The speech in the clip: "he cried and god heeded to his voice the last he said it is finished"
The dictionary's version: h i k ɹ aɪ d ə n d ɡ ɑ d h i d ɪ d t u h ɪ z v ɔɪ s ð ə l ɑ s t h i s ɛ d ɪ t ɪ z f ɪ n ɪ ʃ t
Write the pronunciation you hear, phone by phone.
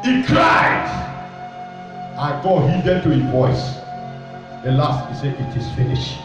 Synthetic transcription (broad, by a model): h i k ɹ aɪ d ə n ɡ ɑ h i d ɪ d t u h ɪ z v ɔɪ s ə l ɑ s t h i s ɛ ɪ t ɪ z f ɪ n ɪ ʃ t